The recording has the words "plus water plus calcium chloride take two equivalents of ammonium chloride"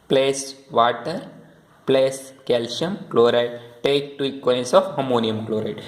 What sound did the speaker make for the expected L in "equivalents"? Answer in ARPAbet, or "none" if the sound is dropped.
none